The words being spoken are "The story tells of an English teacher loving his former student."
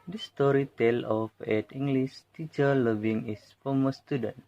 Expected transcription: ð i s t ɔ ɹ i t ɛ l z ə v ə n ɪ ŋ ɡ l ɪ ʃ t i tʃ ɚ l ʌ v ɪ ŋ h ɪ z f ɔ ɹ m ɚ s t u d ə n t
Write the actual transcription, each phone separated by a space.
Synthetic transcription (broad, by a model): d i s t ɔ ɹ i t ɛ l ə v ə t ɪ ŋ ɡ l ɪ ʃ t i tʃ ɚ l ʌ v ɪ ŋ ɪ s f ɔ m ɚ s t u d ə n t